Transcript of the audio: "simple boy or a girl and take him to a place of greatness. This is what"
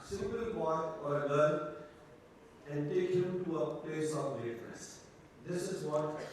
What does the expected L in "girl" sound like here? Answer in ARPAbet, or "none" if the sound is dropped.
N